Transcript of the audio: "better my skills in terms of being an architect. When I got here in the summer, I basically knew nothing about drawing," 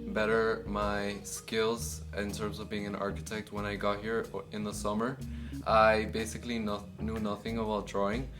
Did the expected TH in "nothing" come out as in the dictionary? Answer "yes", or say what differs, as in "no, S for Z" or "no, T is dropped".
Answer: yes